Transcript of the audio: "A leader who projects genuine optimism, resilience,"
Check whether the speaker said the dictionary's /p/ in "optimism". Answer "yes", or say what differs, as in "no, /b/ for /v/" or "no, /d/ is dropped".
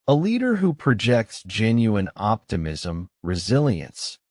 yes